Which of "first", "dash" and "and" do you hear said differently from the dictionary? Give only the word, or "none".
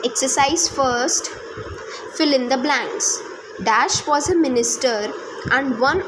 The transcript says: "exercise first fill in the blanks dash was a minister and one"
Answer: none